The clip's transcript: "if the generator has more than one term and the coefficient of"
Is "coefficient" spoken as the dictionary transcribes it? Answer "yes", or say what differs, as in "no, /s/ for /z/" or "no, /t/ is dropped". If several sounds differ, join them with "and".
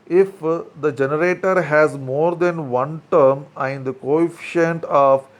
yes